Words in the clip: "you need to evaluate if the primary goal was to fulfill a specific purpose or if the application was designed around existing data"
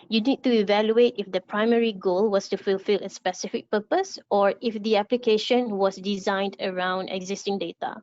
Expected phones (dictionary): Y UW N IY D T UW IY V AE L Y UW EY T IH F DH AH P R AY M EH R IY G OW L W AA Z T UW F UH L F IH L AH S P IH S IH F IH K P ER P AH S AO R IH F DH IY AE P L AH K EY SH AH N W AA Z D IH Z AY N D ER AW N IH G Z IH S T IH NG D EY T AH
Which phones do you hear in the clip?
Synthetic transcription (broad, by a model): Y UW N IY D T UW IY V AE L Y UW EY T IH F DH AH P R AY M EH R IY G OW L W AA S T UW F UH L F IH L AH S P IH S IH F IH K P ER P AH S AO R IH F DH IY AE P L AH K EY SH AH N W AA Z D IH Z AY N D ER AW N IH G Z IH S T IH NG D EY T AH